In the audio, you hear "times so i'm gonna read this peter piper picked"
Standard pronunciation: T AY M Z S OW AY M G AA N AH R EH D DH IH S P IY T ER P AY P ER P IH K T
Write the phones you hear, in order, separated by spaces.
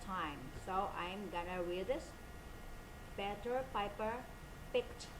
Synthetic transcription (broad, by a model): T AY M S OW AY M G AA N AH W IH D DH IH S B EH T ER P AY P ER P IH K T